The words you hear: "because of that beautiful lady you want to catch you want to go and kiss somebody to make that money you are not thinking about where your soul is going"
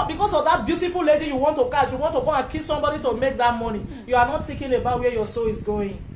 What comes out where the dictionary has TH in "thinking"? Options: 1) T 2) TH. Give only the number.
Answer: 1